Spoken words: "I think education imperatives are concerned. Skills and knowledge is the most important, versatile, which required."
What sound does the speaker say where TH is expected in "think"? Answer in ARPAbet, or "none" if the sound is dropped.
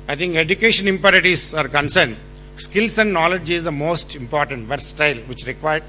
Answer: T